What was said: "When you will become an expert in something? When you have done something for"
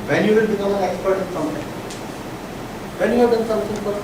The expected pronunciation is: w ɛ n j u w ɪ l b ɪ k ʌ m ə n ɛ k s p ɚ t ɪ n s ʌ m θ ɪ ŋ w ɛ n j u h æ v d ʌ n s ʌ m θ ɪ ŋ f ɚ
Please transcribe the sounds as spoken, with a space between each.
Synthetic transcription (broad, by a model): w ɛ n j u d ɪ n b ɪ k ʌ m ə n ɛ k s p ɚ t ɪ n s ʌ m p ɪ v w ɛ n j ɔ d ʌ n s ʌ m s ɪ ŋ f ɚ